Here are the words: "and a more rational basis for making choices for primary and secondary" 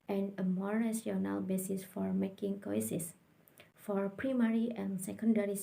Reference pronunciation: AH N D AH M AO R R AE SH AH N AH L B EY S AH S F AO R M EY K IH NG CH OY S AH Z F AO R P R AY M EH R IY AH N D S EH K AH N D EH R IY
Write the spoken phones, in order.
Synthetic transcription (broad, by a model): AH N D AH M AO R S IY AH N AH L B EY S AH S F AO R M EY K IH NG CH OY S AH S F AO R P R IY M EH R IY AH N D S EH K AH N D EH R IY